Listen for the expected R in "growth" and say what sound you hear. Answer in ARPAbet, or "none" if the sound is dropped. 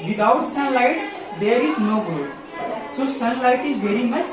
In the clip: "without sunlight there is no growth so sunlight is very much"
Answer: none